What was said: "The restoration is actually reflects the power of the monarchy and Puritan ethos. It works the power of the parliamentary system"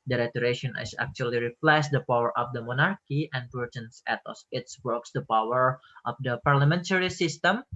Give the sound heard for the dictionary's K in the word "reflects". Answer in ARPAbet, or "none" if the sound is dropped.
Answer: none